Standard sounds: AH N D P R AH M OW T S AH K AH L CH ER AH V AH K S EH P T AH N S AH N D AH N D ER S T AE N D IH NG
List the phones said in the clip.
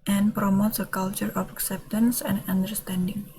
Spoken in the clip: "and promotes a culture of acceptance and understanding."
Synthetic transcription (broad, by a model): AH N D P R AH M OW T S AH K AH L CH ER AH F AH K S EH P T AH N S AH N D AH N D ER S T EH N D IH NG